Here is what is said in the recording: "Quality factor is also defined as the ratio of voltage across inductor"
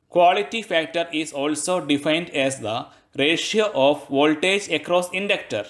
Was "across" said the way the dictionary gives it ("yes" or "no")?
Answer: yes